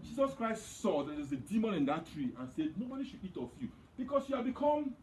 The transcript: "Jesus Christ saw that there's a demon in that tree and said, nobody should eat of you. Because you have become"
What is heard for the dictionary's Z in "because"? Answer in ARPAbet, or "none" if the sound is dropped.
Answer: S